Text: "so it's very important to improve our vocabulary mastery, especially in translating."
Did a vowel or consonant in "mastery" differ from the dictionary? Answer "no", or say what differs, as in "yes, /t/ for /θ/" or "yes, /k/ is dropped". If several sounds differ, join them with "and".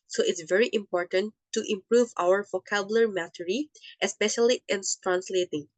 yes, /s/ is dropped